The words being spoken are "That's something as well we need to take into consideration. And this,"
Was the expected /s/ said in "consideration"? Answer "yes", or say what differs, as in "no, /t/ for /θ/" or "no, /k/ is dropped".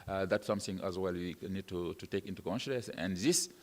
no, /ʃ/ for /s/